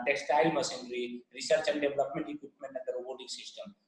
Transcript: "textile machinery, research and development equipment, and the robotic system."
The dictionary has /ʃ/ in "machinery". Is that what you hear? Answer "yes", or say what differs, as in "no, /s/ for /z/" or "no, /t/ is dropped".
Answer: no, /s/ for /ʃ/